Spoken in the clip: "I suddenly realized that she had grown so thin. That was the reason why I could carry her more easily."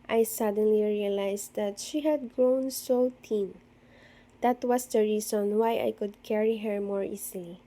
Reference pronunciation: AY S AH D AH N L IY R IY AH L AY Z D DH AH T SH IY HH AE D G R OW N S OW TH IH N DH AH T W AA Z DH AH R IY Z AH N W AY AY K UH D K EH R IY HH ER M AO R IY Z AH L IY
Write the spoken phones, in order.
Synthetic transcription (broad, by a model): AY S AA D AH N L IY R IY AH L AY S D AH T SH IY HH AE D G R OW N S OW T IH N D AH T W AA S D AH R IY S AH N W AY AY K UH D K EH R IY HH ER M AO R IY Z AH L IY